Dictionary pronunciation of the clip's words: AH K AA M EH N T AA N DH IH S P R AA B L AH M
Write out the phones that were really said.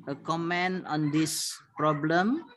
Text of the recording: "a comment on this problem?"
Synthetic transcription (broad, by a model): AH K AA M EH N AA N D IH S P R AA B L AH M